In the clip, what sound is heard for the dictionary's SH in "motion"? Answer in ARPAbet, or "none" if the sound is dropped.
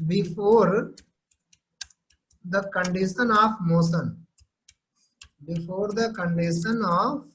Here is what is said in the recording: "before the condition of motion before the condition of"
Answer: S